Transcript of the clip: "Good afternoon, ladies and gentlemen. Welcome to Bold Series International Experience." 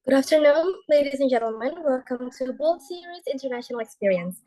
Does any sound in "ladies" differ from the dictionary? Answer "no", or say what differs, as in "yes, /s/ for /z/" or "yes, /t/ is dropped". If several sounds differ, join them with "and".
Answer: no